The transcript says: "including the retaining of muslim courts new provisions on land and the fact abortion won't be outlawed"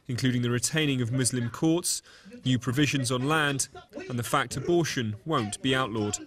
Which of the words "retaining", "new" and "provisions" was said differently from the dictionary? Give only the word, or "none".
none